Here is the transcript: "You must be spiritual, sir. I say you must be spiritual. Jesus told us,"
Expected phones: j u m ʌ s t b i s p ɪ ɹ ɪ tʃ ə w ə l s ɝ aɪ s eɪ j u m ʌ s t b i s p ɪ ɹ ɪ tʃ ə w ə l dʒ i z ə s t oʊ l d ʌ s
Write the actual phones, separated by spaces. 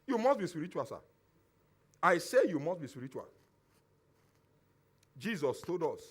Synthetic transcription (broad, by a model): j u m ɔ s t b i s p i ɹ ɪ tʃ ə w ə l s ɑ aɪ s eɪ j u m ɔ s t b i s p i ɹ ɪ tʃ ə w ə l dʒ i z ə s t oʊ d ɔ s